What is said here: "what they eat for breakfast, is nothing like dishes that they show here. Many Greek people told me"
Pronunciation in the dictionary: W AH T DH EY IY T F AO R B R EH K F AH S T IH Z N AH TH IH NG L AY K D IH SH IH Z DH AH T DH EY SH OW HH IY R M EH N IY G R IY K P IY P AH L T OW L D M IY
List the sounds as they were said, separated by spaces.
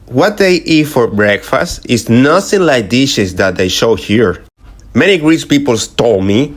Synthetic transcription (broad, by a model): W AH T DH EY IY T F AO R B R EH K F AH S T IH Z N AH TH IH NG L AY K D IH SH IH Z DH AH T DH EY SH OW HH IY R M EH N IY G R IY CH P IY P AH L T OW M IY